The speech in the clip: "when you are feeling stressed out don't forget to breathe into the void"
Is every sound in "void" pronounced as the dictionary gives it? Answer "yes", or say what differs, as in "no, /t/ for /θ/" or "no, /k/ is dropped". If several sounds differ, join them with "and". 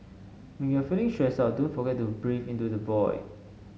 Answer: no, /b/ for /v/